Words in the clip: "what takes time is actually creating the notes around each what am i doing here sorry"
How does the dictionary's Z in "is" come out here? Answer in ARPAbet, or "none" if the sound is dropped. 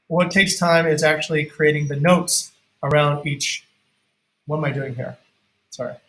Z